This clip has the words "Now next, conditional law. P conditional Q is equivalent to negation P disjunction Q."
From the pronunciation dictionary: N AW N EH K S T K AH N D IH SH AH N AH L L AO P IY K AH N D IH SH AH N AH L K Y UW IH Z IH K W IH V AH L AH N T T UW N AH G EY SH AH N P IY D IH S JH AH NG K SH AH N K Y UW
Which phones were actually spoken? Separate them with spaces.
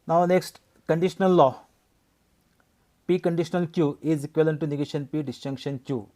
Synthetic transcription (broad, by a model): N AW N EH K S T K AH N D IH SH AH N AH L L AO P IY K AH N D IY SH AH N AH L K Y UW IH Z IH K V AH L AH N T T UW N AH G EY SH AH N P IY D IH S CH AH NG K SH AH N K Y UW